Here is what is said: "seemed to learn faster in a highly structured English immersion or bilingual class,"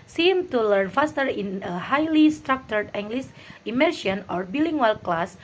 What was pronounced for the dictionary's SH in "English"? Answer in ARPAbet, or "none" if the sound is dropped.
S